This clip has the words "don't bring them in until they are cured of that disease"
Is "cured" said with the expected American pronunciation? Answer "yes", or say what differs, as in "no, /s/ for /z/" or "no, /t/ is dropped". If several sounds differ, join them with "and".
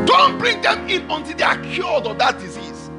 no, /l/ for /ɹ/